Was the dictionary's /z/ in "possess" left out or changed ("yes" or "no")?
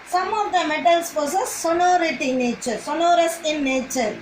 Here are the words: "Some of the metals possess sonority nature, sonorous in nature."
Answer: yes